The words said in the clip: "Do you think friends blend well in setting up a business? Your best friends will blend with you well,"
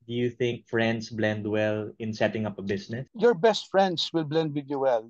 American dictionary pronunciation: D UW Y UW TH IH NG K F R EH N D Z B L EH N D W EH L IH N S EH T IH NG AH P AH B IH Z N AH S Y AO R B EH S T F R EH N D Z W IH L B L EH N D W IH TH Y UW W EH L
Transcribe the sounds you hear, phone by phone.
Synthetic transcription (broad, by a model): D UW Y UW TH IH NG K F R EH N D S B L EH N D W EH L IH N S EH T IH NG AH P AH B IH S N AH S Y AO R B EH S T F R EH N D S W IH L B L EH N D W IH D Y UW W EH L